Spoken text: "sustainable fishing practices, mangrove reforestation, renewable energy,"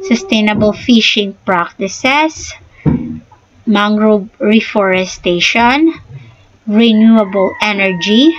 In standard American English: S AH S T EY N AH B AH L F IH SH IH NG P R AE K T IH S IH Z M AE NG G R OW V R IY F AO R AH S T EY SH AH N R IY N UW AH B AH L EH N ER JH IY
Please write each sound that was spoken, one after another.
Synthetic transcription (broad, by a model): S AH S T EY N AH B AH L F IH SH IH NG P R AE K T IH S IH S M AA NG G R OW R IY F AO R AH S T EY SH AH N R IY N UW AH B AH L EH N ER JH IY